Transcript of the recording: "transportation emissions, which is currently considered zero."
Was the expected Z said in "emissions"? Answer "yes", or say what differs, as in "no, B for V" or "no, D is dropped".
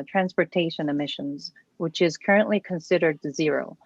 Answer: yes